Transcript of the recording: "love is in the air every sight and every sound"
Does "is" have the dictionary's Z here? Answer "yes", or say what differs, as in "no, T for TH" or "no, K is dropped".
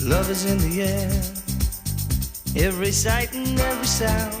yes